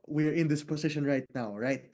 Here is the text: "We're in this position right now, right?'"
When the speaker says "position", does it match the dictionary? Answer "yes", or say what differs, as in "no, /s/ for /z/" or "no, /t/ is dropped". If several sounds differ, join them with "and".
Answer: no, /s/ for /z/